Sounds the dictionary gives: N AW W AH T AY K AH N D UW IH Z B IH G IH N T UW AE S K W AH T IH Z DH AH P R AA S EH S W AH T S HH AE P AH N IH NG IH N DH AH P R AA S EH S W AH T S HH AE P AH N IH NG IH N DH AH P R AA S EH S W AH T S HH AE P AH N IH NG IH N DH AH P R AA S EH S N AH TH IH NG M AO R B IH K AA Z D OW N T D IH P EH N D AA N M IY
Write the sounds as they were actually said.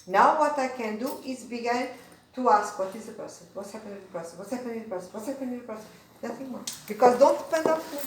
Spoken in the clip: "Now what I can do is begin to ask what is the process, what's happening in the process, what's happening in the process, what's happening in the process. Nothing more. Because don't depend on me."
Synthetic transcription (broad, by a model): N AW W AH T AY K AH N D UW IH Z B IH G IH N T UW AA S K W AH T IH Z DH AH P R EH S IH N W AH T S HH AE P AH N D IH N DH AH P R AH S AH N W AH T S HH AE P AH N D IH N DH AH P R S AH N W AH T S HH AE P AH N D IH N DH AH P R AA S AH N N AH TH IH NG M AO B IH K AA Z D OW N T D IH P EH N D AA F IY